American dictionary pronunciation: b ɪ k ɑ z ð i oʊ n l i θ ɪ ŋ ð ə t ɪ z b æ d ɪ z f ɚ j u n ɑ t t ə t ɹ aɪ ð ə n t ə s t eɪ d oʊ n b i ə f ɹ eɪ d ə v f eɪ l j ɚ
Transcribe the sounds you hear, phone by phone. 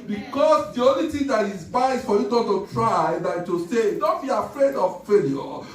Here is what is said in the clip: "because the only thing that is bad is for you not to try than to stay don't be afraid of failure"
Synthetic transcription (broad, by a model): b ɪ k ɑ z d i oʊ n l i t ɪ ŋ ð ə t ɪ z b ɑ ɪ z f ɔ j u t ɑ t t ə t ɹ aɪ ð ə t ə s eɪ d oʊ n b i ə f ɹ eɪ d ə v f eɪ l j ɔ